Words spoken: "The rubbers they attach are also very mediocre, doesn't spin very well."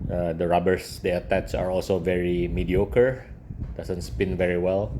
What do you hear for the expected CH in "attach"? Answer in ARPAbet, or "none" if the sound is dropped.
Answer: S